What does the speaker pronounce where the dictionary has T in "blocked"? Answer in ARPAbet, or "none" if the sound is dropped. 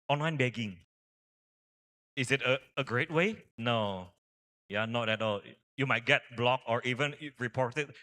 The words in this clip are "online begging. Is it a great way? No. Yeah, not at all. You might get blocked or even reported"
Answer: none